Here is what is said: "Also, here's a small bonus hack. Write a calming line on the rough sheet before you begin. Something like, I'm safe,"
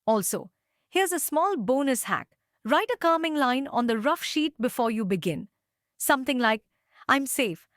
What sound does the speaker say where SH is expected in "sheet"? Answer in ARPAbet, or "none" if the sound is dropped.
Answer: SH